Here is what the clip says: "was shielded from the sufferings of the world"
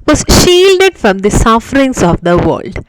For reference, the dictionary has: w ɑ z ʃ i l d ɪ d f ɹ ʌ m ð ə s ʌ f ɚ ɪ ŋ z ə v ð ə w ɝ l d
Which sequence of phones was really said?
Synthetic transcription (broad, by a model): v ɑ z ʃ i l d ɪ d f ɹ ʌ m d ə s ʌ f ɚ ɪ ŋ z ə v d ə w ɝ l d